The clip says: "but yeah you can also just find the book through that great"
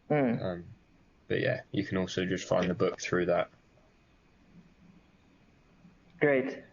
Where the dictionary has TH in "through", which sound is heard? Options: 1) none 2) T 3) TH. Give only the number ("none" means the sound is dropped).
3